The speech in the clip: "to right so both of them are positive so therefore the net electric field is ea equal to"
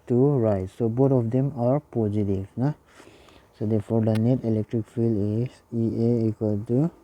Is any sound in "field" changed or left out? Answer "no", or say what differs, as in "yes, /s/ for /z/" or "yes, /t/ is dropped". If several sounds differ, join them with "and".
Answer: yes, /d/ is dropped